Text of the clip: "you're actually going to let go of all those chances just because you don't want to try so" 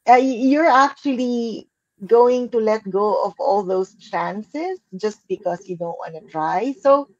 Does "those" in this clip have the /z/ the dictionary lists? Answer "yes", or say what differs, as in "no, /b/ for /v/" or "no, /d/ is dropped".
no, /s/ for /z/